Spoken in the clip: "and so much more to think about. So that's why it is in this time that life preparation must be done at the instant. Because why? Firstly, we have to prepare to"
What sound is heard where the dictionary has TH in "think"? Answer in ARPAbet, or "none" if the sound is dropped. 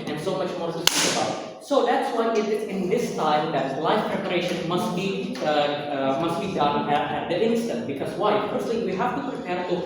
S